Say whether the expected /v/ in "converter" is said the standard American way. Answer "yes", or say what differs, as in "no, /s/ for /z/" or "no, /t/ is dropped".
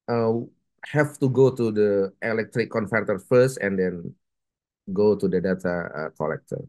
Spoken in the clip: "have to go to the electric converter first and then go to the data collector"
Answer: no, /f/ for /v/